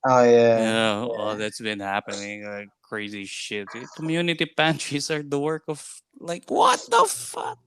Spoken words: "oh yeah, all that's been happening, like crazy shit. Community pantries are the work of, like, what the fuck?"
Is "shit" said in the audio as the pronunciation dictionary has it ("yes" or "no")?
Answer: yes